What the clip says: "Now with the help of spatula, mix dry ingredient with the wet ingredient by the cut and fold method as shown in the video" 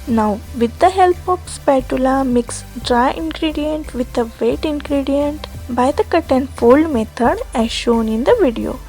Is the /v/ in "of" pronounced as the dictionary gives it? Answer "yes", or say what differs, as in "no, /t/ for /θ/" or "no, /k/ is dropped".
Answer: no, /p/ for /v/